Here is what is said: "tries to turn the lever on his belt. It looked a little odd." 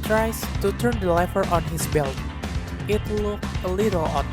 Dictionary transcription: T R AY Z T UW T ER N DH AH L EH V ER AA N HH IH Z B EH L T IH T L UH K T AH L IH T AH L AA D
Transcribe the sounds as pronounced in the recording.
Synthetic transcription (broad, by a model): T R AY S T UW T ER N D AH L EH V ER AA N HH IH S B EH L T IH T L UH K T AH L IH T AH L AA